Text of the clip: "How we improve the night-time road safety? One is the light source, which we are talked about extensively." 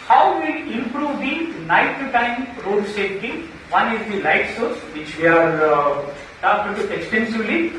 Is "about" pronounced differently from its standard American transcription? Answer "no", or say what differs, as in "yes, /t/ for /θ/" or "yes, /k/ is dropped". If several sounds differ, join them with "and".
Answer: yes, /t/ is dropped